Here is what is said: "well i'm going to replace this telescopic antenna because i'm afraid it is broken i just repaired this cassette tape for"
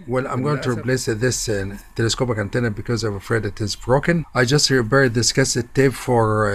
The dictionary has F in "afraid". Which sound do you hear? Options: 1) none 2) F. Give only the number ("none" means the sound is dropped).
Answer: 2